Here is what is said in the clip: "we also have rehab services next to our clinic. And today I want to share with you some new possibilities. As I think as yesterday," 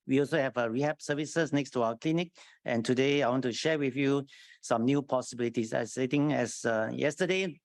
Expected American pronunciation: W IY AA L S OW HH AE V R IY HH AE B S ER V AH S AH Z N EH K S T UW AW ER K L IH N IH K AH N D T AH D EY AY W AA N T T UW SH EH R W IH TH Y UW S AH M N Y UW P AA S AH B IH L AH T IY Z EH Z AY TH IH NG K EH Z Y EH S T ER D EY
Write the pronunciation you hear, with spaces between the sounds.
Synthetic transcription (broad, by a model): W IY AA L S OW HH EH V R IY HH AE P S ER V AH S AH S N EH K S T UW AW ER K L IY N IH K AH N T AH D EY AY W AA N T T UW SH EH W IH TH Y UW S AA M N Y UW P AA S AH B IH L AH T IY S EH S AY T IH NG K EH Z Y EH S T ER D EY